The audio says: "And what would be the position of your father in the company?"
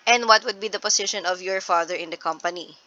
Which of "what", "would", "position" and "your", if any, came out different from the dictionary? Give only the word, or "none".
position